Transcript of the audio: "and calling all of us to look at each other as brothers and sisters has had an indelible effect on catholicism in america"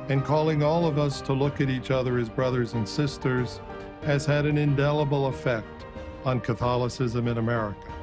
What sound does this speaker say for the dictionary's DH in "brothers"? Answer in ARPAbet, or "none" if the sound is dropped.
DH